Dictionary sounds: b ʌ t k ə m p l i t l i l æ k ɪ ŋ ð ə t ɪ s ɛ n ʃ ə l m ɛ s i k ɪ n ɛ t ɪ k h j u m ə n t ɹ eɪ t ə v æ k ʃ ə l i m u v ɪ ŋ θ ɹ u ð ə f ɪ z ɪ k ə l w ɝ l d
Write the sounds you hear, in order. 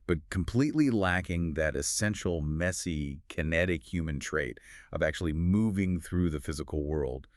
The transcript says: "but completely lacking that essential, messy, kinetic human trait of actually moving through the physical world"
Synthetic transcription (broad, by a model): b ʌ t k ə m p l i t l i l æ k ɪ ŋ ð ə t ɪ s ɛ n ʃ l m ɛ s i k ɪ n ɛ t ɪ k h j u m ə n t ɹ eɪ t ə v æ k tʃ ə l i m u v ɪ ŋ θ ɹ u ð ə f ɪ z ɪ k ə l w ɝ l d